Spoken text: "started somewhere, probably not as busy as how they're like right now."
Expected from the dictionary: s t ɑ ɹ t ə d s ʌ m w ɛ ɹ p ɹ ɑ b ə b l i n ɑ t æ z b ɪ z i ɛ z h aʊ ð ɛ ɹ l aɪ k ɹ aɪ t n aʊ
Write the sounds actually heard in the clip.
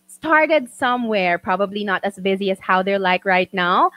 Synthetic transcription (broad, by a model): s t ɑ ɹ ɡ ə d s ʌ m w ɛ ɹ p ɹ ɑ b ə b l i n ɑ t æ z b ɪ z i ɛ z h aʊ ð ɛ ɹ l aɪ k ɹ aɪ t n aʊ